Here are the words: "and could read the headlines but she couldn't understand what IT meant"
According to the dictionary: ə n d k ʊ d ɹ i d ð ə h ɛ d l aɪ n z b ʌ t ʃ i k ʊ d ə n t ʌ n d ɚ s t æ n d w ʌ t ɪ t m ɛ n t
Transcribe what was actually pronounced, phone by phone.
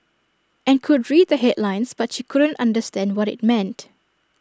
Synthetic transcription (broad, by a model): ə n k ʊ d ɹ i d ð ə h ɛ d l aɪ n s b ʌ t ʃ i k ʊ d ə n t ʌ n d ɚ s t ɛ n d w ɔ t ɪ t m ɛ n t